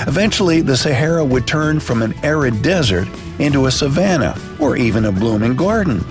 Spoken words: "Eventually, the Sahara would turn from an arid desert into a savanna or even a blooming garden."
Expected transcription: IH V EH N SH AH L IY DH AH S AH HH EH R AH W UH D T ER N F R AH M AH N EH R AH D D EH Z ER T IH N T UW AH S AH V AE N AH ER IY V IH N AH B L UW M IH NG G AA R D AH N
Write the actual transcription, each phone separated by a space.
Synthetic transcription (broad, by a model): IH V EH N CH L IY DH AH S AH HH EH R AH W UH D T ER N F R AH M AH N EH R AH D D EH Z ER T IH N T UW AH S AH V AE N AH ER IY V IH N AH B L UW M IH NG G AA R D N